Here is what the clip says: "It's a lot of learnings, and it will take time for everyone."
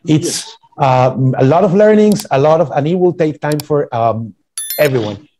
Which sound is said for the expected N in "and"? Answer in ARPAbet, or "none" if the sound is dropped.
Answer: L